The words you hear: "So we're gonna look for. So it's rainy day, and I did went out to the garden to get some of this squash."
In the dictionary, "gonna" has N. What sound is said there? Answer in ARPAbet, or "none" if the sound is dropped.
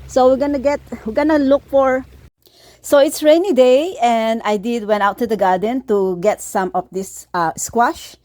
N